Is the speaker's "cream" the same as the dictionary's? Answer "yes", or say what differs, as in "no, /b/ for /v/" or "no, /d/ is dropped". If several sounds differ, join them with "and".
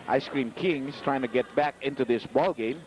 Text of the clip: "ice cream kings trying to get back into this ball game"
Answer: yes